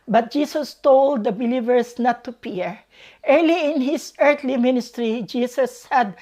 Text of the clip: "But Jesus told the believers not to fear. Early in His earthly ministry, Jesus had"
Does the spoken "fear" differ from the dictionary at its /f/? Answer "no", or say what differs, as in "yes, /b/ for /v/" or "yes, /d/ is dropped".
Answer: yes, /p/ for /f/